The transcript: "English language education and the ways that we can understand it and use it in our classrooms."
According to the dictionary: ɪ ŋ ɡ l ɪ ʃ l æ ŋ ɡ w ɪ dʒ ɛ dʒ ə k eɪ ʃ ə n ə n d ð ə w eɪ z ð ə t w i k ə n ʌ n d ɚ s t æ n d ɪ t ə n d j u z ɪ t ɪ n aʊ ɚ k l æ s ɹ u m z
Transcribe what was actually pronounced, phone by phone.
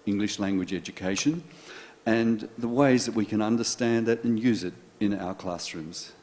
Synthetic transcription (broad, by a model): ɪ ŋ ɡ l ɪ ʃ l æ ŋ ɡ w ɪ dʒ ɛ dʒ ə k eɪ ʃ ə n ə n ð ə w eɪ z ð ə t w i k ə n ʌ n d ɚ s t æ n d ɪ t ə n j u z ɪ t ɪ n aʊ ɚ k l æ s ɹ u m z